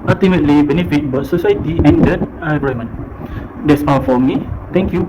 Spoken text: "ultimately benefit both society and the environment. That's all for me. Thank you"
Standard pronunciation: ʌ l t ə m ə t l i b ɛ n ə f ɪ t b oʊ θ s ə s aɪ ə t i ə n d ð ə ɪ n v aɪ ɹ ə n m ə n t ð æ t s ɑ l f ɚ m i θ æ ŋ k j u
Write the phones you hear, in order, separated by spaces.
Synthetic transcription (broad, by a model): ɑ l t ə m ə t l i b ɛ n ə f ɪ t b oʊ t s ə s aɪ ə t i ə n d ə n aɪ ɹ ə m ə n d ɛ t s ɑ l f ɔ m i t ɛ ŋ k j u